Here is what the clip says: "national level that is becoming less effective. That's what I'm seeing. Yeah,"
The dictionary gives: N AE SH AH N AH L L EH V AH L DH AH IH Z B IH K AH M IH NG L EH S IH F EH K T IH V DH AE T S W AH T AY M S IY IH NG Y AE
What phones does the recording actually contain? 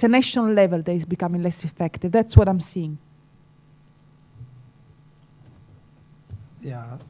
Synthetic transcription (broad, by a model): N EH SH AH N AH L L EH V AH L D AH IH Z B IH K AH M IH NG L EH S IH F EH K T IH V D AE T S W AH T AY M S IY IH NG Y